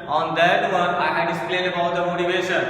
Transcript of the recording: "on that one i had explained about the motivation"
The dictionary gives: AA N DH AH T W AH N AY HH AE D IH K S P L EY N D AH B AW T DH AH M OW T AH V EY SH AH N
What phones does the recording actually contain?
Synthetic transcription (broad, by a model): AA N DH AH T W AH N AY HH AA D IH S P L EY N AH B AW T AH M OW T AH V EY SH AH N